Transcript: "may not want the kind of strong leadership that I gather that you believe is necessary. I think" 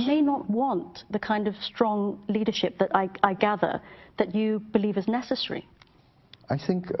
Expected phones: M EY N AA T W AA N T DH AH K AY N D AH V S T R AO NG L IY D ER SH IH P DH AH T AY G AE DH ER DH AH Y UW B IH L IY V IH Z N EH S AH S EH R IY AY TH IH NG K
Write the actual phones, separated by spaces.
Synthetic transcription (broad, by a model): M EY N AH T W AA N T DH AH K AY N D AH V S T R AO NG L IY D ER SH IH P DH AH T AY G AE DH ER DH AH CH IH B IH L IY V IH Z N EH S AH S EH R IY AY TH IH NG K